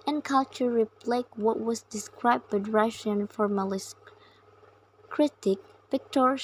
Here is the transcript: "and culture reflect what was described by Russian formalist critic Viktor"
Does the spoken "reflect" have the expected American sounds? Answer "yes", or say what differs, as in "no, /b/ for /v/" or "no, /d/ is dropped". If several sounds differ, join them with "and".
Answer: no, /p/ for /f/